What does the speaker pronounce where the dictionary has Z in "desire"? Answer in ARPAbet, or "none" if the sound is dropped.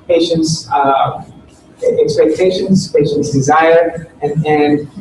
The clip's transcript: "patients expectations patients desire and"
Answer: Z